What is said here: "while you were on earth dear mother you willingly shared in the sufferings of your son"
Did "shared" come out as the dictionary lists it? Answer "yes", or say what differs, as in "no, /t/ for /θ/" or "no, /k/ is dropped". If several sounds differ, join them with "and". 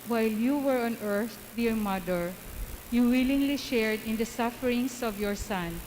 yes